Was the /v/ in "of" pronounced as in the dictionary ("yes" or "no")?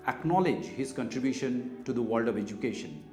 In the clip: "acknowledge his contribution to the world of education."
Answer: yes